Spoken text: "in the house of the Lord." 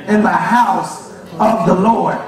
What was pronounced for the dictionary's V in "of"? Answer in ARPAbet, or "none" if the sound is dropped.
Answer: V